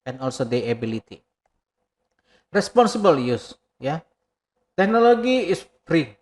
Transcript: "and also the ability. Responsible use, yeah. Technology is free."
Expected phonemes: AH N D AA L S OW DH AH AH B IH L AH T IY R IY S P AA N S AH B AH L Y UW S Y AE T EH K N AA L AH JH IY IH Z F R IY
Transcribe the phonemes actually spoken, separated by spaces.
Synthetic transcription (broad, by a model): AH N AA L S OW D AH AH B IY L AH T IY R IY S P AA N S AH B AH L Y UW S Y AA T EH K N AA L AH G IY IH S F R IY